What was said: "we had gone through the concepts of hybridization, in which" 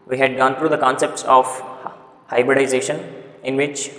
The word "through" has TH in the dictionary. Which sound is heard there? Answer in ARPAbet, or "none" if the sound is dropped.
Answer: T